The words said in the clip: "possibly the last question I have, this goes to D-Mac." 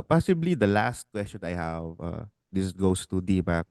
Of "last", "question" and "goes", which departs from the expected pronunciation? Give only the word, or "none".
goes